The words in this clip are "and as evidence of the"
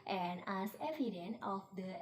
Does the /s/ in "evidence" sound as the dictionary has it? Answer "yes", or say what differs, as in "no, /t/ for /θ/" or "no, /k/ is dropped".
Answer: no, /s/ is dropped